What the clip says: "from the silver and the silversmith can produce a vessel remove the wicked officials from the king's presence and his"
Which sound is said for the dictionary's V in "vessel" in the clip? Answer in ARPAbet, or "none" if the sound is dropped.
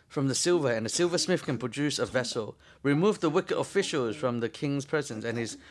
V